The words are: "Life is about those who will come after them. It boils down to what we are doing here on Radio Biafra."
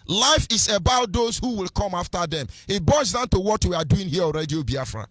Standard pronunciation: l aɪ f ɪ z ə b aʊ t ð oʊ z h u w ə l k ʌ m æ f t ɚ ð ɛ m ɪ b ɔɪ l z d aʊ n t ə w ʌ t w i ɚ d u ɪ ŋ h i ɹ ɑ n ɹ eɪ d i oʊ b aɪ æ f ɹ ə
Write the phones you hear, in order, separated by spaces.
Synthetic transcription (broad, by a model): l aɪ f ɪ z ə b aʊ t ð oʊ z h u w ə l k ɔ m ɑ f t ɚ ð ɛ m ɪ b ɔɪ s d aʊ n t ə w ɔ t w i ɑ d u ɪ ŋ h i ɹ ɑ l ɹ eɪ d i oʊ b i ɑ f ɹ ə